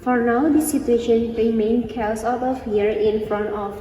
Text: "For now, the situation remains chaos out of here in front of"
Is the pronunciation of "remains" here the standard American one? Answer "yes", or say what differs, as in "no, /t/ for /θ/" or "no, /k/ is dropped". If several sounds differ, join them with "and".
no, /z/ is dropped